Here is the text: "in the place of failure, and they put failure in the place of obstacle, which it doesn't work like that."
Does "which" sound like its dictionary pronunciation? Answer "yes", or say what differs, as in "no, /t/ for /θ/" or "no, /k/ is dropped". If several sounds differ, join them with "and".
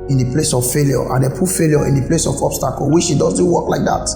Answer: no, /ʃ/ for /tʃ/